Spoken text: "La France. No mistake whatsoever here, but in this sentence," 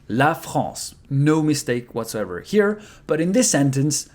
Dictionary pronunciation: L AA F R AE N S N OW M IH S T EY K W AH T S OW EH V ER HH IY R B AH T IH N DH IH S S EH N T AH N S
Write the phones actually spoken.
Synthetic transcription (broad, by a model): L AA F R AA S N OW M IH S T EY K W AH T S OW EH V ER HH IY R B AH T IH N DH IH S S EH N T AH N S